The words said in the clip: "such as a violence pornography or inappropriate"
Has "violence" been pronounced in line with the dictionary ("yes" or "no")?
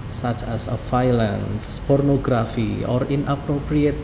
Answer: no